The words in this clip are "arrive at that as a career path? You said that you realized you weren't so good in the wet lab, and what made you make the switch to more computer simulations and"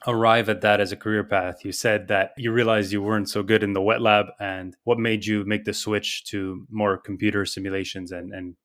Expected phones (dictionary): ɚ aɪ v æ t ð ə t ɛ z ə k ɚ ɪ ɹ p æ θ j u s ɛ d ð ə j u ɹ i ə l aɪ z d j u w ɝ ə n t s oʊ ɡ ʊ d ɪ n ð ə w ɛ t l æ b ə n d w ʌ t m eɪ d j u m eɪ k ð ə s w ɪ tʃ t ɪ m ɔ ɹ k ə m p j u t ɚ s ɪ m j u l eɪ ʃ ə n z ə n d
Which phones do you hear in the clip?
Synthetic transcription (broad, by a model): ɚ aɪ v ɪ t ð ə t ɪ z ə k ɚ ɪ ɹ p æ θ j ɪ s ɛ d ð ə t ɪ ɹ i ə l aɪ z j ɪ w ɝ ə n t s oʊ ɡ ʊ d ɪ n ð ə w ɛ t l æ b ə n w ʌ t m eɪ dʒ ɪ m eɪ k ð ə s w ɪ tʃ t ɪ m ɔ ɹ k m p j u t ɚ s ɪ m j u l eɪ ʃ ə n z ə n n